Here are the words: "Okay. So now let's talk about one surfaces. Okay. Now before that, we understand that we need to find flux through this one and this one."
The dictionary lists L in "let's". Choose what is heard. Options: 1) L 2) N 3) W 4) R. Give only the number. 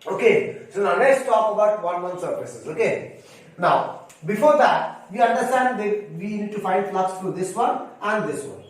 2